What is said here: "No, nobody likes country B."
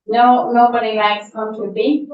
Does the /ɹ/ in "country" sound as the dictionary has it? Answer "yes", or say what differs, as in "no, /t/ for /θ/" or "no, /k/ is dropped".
no, /ɹ/ is dropped